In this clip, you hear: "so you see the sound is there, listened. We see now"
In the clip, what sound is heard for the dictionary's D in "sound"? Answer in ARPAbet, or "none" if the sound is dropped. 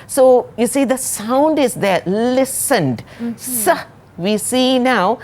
D